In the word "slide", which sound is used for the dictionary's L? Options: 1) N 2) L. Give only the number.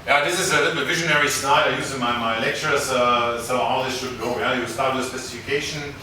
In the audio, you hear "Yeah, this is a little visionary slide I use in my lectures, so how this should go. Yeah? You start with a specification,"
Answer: 1